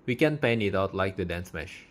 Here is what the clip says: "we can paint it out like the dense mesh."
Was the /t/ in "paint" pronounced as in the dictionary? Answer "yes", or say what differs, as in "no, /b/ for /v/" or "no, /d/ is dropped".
no, /t/ is dropped